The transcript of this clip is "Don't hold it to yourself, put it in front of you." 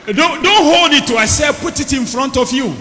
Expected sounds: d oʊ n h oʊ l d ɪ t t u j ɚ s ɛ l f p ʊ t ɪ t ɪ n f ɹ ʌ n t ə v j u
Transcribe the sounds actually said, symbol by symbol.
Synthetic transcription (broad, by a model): d oʊ n h oʊ l d ɪ t t u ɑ s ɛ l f p ʊ t ɪ t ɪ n f ɹ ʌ n t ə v j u